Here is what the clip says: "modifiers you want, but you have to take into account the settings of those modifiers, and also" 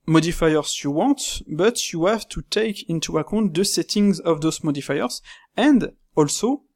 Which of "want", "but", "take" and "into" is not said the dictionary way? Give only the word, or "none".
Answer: want